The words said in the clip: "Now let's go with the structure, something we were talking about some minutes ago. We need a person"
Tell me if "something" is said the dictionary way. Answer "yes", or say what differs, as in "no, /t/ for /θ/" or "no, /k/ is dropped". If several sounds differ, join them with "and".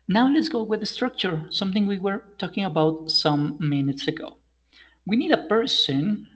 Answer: yes